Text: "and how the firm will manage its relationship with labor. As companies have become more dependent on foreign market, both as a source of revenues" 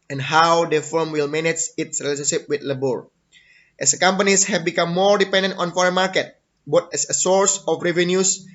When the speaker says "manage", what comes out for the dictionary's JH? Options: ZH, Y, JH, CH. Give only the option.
CH